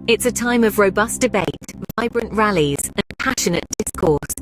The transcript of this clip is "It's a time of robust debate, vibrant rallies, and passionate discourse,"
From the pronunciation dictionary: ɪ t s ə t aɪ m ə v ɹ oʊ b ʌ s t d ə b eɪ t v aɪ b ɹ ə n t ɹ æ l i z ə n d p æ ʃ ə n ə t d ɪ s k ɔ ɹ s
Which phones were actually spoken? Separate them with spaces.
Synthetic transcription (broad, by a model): ɪ t s ə t aɪ m ə v ɹ oʊ b ʌ s d ə b eɪ t v aɪ b ɹ ə n t ɹ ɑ l i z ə n p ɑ ʃ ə n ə t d ɪ s k ɔ s